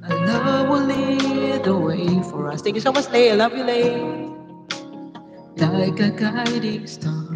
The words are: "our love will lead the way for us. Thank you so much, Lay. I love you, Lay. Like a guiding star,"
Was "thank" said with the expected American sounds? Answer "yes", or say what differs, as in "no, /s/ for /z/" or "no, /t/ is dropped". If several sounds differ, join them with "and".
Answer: no, /t/ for /θ/